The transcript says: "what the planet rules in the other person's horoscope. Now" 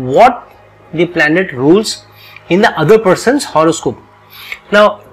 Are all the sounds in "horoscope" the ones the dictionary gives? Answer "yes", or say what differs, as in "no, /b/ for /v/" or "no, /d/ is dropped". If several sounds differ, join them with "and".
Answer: yes